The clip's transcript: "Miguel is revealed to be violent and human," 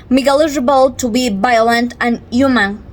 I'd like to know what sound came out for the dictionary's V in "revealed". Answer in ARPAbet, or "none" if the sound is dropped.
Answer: B